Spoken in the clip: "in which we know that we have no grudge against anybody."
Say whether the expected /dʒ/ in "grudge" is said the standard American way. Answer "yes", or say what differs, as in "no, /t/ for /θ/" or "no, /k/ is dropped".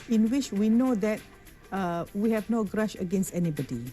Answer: no, /ʃ/ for /dʒ/